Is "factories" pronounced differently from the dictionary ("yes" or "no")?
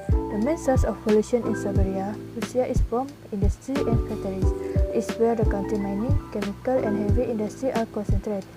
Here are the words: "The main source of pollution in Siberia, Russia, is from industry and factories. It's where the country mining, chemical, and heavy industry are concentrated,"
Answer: yes